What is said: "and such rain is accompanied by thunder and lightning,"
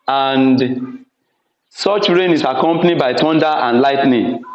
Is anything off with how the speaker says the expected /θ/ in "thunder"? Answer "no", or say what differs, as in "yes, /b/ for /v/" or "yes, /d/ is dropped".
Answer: yes, /t/ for /θ/